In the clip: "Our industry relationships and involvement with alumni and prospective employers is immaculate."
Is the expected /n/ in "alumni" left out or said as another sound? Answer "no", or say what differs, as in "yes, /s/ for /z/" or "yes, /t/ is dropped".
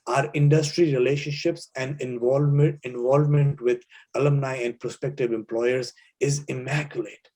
no